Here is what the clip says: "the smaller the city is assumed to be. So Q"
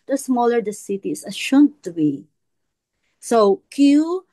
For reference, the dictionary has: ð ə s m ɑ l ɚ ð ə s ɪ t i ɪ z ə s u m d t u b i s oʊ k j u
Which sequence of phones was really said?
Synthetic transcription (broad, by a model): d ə s m ɑ l ɚ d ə s ɪ t i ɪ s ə ʃ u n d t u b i s oʊ k j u